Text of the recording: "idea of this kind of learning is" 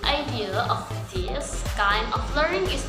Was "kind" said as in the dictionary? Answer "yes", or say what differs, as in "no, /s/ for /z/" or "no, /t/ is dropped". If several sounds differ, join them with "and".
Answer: no, /d/ is dropped